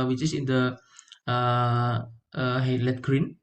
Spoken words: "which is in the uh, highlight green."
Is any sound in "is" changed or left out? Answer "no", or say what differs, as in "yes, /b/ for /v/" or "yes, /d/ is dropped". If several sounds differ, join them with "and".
yes, /s/ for /z/